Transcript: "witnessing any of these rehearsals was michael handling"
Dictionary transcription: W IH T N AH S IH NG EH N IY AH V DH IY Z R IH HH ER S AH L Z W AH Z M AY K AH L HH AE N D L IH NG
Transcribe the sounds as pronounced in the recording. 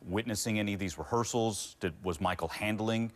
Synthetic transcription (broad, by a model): W IH T N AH S IH NG EH N IY AH V DH IY Z R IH HH ER S L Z W AH Z M AY K L HH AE N D L IH NG